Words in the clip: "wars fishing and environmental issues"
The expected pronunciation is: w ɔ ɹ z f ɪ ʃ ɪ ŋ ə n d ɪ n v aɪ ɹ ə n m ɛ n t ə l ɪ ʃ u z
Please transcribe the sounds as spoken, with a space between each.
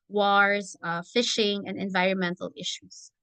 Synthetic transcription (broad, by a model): w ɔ ɹ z f ɪ ʃ ɪ ŋ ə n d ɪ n v aɪ ɹ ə n m ɛ n t l ɪ ʃ u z